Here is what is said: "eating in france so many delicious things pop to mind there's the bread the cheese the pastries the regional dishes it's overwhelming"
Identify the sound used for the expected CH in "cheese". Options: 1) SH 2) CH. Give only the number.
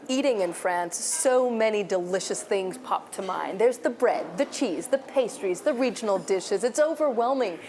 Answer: 2